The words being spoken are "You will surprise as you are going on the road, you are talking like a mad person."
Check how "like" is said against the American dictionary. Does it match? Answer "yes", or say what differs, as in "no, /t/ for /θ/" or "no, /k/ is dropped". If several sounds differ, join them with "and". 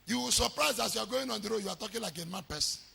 yes